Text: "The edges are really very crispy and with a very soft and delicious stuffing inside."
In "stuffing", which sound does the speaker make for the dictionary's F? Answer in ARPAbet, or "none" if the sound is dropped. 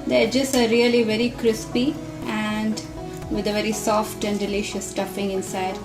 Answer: F